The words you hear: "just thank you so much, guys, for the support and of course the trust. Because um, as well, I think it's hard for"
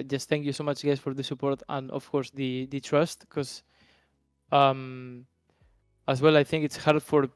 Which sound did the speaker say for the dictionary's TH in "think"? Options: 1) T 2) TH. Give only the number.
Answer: 2